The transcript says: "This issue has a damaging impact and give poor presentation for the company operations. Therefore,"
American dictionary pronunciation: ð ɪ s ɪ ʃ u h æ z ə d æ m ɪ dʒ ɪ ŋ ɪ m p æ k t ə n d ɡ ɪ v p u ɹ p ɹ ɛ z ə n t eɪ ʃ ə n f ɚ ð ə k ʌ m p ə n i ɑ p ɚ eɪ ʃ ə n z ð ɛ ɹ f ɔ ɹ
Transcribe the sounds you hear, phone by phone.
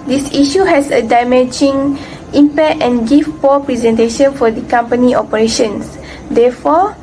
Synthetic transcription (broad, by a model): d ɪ s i ʃ u h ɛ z ə d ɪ m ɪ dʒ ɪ ŋ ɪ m p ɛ t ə n ɡ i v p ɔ p ɹ ɛ z ə n t eɪ ʃ ə n f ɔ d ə k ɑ m p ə n i ɑ p ɚ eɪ ʃ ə n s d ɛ f ɔ